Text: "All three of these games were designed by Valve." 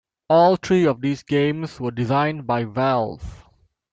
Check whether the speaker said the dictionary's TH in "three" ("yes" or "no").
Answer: no